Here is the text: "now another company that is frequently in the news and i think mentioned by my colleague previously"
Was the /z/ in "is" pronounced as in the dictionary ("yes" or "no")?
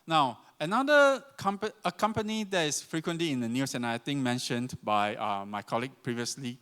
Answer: no